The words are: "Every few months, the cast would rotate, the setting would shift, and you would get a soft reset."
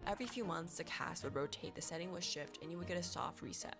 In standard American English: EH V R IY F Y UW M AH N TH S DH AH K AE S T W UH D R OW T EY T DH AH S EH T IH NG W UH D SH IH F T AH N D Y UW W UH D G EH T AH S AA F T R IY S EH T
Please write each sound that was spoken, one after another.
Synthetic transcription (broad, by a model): EH V R IY F Y UW M AH N TH S DH AH K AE S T W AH D R OW T EY T DH AH S EH T IH NG W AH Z SH IH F T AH N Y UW W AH D G EH T AH S AA F T R IY S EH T